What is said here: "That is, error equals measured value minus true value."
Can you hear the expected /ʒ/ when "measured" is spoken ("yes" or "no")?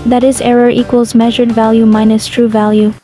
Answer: yes